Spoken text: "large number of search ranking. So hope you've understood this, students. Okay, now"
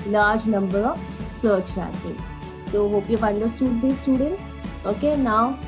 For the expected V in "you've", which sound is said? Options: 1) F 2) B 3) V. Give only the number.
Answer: 1